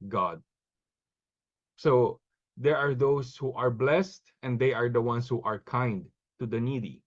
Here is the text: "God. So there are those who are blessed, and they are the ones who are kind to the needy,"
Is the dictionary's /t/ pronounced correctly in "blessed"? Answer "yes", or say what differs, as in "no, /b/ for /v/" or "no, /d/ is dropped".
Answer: yes